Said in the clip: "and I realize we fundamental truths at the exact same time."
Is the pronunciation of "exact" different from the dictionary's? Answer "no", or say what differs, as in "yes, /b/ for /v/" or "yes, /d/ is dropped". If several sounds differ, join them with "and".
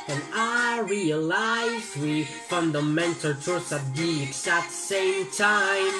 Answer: yes, /k/ is dropped